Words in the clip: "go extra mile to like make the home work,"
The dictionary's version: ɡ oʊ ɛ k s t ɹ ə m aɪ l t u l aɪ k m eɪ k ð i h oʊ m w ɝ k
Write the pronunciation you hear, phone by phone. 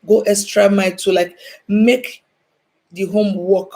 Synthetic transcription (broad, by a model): ɡ oʊ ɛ s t ɹ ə m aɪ t u l aɪ k m eɪ k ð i h oʊ m w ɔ k